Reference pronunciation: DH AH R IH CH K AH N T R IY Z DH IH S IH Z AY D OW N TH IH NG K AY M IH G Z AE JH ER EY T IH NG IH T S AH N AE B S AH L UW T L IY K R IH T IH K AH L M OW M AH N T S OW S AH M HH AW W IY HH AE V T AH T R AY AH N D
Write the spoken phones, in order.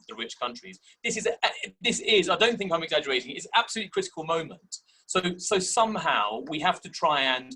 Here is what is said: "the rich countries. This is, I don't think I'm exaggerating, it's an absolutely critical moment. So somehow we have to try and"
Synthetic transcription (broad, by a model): DH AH R IH CH K AH N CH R IY Z DH IH S IH Z AY D OW N TH IH NG K AY M IH G Z AE JH ER EY T IH NG IH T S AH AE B S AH L UW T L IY K R IH T IH K AH L M OW M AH N T S OW S AH M HH AW W IY HH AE F T AH T R AY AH N